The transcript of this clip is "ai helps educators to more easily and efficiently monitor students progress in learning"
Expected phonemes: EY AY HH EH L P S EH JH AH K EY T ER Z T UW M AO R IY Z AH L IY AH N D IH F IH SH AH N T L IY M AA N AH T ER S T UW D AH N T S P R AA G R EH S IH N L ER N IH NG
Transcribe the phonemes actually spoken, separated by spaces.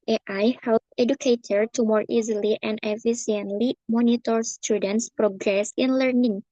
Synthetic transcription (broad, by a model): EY AY HH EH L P EH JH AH K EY T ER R T UW M AO R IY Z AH L IY AH N D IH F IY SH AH N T L IY M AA N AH T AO S T UW D AH N T S P R AA G R EH S IH N L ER N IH NG